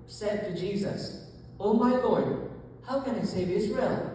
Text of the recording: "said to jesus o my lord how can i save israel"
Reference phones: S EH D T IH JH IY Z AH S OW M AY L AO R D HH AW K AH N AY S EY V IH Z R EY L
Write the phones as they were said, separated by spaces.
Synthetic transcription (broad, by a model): S EH D T IH JH IY Z AH S OW M AY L AO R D HH AW K AH N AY S EY V IH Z R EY L